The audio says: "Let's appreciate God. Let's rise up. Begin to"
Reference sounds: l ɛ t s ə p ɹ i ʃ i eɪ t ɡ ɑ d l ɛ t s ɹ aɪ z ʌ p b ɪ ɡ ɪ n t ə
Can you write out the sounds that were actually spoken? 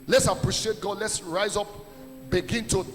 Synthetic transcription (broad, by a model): l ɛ t s ə p ɹ i ʃ i eɪ t ɡ ɑ d l ɛ t s ɹ aɪ z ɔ p b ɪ ɡ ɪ n t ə